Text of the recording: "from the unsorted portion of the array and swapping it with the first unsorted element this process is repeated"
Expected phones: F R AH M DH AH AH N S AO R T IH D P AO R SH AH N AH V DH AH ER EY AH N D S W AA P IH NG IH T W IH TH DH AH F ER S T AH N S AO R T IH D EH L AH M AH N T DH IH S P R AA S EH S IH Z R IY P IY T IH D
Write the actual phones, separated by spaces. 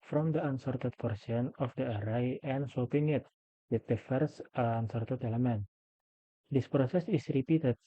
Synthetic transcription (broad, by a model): F R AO M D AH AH N S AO R T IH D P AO R S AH N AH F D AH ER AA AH N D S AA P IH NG IH T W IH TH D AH F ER S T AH N S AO R T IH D EH L AH M AH N T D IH S P R AA S EH S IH S R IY P IY T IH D